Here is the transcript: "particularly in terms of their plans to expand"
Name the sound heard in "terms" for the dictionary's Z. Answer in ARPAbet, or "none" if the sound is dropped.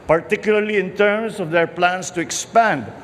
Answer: S